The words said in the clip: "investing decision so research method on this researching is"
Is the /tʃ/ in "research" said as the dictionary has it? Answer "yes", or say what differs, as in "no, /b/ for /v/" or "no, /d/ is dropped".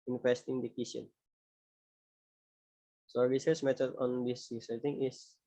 no, /s/ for /tʃ/